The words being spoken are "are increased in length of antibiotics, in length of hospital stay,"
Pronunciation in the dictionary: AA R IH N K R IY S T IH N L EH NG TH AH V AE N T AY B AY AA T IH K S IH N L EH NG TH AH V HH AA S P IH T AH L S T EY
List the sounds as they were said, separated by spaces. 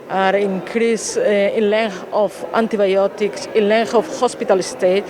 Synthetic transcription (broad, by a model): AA R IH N K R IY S IH N L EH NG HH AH F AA N T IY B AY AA T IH K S IH N L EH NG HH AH F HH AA S P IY T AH L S T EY